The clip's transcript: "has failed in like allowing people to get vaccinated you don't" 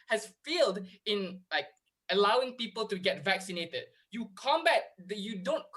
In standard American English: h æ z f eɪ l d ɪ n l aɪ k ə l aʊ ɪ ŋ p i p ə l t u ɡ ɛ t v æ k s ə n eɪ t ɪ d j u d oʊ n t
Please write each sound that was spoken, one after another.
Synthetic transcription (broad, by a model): h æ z f eɪ l d ɪ n l aɪ k ə l aʊ ɪ ŋ p i p ə l t u ɡ ɛ t v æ k s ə n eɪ t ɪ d j u d oʊ n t